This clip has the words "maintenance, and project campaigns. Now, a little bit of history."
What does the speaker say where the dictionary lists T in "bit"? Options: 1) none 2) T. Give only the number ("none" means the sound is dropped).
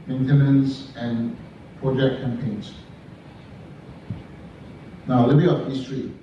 1